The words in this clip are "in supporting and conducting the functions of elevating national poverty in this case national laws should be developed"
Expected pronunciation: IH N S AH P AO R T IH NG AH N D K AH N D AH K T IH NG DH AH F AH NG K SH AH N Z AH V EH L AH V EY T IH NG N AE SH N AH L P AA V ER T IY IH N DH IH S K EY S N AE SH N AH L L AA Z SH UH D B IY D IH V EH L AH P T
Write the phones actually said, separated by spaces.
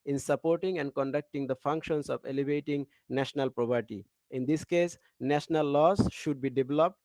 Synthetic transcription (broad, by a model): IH N S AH P AO R T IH NG AH N D K AH N D AH K T IH NG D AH F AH NG K SH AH N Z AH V EH L AH V EY T IH NG N AE SH N AH L P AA P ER T IY IH N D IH S K EY S N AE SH N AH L L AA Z SH UH D B IY D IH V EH L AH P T